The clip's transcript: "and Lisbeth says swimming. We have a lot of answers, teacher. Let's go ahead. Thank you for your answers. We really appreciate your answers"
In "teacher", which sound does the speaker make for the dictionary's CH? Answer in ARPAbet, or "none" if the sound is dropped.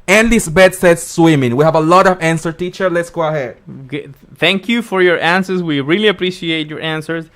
CH